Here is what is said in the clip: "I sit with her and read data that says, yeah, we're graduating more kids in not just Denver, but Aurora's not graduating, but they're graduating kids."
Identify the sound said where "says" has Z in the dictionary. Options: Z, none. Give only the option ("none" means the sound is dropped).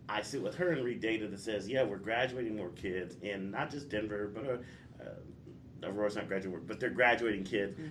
Z